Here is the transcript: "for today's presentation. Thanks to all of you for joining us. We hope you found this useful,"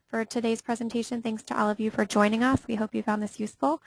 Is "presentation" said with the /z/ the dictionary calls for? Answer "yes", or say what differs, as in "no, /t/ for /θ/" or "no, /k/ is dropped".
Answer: yes